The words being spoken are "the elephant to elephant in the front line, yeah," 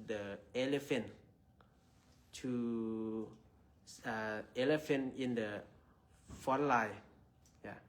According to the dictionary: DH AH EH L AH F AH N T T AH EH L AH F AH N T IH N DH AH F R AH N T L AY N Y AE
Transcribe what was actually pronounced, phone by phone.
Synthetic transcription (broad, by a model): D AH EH L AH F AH N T S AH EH L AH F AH N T IH N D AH F AO T L AY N Y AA